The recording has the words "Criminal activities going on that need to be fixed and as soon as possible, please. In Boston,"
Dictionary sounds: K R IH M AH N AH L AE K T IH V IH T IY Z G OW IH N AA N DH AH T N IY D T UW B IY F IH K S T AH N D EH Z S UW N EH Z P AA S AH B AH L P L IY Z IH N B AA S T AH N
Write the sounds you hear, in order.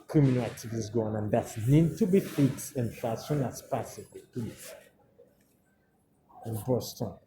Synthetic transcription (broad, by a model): K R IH M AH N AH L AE K T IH V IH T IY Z G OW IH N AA N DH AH T N IY D T UW B IY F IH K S AH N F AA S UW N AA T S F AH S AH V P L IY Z IH N B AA S T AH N